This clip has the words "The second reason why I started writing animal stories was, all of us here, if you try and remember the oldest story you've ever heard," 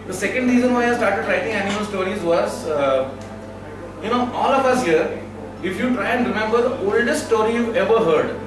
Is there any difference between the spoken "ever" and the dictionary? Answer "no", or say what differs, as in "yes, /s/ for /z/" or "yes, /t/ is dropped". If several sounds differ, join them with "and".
no